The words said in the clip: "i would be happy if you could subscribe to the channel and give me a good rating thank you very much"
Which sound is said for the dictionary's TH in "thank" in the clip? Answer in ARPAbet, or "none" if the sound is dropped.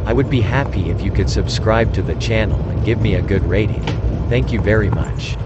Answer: TH